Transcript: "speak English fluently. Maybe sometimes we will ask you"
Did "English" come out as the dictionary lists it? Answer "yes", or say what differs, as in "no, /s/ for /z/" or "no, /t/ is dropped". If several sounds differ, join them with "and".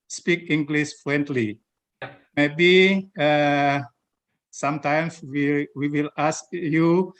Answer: no, /s/ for /ʃ/